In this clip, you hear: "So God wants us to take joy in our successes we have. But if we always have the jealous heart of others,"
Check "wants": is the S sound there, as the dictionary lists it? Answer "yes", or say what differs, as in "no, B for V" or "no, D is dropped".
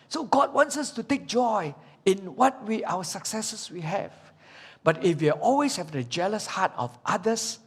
yes